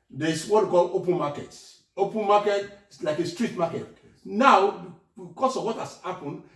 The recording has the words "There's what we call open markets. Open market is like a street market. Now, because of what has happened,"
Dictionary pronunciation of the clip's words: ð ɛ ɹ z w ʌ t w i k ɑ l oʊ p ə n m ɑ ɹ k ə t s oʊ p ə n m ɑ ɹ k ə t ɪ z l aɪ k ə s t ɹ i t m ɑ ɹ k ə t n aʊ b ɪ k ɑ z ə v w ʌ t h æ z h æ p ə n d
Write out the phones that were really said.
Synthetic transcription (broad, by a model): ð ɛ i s w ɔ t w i k ɑ l oʊ p ə n m ɑ k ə t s oʊ p ə n m ɑ k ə t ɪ s l aɪ k ə s t ɹ i t m ɑ k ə t n aʊ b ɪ k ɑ s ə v w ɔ t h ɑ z h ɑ p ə n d